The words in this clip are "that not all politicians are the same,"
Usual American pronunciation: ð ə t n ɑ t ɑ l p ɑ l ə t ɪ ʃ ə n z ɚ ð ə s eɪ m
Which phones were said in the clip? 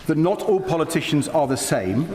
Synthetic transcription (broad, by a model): ð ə t n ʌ t ɑ l p ɑ l ə t ɪ ʃ ə n z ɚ ð ə s eɪ m